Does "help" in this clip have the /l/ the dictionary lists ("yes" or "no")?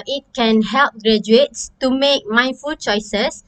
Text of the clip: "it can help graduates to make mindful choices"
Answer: yes